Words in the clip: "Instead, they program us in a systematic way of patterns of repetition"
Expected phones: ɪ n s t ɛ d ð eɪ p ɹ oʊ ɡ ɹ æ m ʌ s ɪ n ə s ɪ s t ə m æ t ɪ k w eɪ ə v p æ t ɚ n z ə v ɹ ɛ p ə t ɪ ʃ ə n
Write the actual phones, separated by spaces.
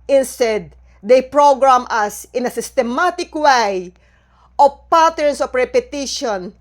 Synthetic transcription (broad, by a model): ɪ n s t ɛ d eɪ p ɹ oʊ ɡ ɹ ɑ m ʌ s ɪ n ə s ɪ s t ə m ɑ t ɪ k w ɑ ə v p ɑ t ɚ n s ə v ɹ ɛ p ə t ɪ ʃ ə n